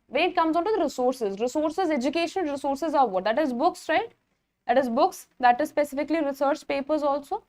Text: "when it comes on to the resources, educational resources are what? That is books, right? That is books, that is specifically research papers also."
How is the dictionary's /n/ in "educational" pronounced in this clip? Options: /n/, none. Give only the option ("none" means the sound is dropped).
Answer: none